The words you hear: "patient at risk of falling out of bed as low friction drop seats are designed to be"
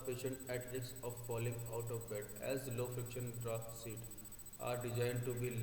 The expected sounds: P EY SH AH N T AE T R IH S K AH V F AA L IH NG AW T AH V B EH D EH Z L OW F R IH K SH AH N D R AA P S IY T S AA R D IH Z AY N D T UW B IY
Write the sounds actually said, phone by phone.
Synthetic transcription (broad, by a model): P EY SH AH N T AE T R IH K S AH V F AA L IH NG AW T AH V B EH D EH Z L OW F R IH K SH AH N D R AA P S IY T AA R D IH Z AY N D T UW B IY